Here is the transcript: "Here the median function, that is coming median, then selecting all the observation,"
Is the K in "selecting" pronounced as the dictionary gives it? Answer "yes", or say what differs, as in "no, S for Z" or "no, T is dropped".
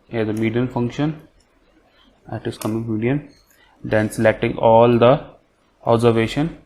yes